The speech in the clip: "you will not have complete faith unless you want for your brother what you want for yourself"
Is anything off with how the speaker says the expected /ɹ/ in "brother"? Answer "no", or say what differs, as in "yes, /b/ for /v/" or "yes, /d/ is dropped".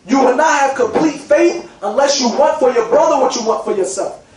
no